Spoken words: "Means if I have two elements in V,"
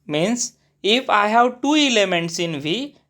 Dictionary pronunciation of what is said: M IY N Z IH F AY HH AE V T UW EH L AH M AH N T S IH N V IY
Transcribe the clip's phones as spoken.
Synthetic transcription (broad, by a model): M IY N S IH F AY HH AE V T UW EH L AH M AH N T S IH N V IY